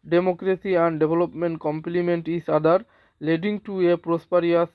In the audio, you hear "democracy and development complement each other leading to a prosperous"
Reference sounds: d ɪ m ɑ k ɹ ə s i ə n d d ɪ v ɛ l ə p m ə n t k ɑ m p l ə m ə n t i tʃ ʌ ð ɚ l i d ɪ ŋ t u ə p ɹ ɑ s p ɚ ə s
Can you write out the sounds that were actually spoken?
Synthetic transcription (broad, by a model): d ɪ m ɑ k ɹ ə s i ə n d d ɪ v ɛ l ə p m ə n t k ɑ m p l ə m ə n t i s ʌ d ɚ l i d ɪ ŋ t u ə p ɹ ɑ s p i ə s